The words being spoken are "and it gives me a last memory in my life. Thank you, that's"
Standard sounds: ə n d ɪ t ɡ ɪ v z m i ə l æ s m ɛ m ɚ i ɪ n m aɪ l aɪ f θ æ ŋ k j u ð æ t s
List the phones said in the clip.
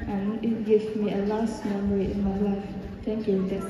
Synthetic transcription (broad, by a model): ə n ɪ t ɡ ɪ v m i ə l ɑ s m ɛ m ɚ i ɪ n m aɪ l aɪ f t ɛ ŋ k j u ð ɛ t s